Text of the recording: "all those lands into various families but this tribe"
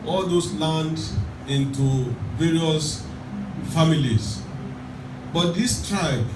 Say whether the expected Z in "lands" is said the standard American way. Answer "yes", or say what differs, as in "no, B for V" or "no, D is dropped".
no, Z is dropped